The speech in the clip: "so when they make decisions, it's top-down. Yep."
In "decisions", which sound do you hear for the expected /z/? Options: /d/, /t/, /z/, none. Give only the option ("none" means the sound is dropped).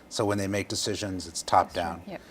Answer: /z/